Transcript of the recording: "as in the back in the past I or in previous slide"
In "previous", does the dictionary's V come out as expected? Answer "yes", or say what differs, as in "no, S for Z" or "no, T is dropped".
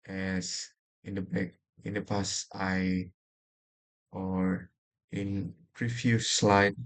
no, F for V